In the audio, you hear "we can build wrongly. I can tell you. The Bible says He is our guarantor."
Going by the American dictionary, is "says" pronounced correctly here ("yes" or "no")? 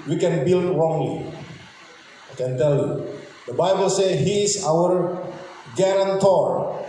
no